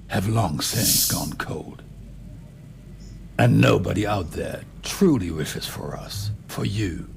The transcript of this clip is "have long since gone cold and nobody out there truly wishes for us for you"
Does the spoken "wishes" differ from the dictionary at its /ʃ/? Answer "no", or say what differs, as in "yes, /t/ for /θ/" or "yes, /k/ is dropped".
no